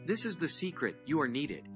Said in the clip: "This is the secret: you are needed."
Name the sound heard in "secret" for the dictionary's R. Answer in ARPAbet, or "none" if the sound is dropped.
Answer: R